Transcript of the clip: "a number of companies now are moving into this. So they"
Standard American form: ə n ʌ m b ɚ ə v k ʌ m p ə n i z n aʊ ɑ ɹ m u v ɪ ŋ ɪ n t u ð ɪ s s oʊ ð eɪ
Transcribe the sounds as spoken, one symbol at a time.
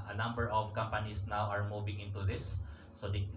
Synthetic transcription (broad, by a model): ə n ʌ m b ɚ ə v k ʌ m p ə n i s n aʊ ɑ ɹ m u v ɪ ŋ ɪ n t u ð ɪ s s oʊ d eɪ